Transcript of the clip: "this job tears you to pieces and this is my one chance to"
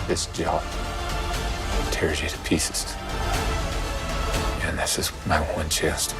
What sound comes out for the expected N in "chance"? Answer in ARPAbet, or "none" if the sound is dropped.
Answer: none